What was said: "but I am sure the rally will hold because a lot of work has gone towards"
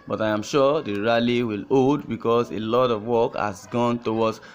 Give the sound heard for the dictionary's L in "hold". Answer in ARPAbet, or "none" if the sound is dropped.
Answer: none